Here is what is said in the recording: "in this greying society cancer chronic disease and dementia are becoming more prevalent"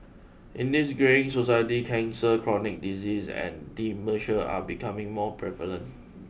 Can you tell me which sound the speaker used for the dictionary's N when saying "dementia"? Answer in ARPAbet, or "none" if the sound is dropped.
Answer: none